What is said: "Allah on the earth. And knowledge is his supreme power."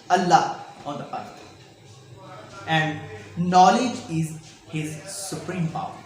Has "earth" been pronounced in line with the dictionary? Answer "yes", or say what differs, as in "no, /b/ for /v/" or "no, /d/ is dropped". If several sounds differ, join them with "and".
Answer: no, /t/ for /θ/